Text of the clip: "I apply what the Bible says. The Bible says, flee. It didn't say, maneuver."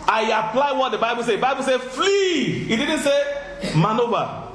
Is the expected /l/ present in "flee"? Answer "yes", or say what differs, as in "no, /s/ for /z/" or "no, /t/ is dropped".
yes